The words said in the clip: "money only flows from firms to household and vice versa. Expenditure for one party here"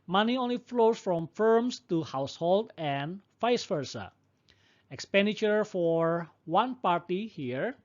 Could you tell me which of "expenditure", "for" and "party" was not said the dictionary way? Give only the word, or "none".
none